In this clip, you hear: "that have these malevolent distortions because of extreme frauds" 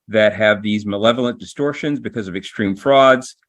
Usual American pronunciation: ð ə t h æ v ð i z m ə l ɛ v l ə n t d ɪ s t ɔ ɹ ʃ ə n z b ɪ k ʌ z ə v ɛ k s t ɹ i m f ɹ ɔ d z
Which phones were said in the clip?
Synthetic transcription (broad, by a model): ð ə t h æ v ð i z m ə l ɛ v l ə n d ɪ s t ɔ ɹ ʃ ə n z b ɪ k ʌ z ə v ɛ k s t ɹ i m f ɹ ɔ d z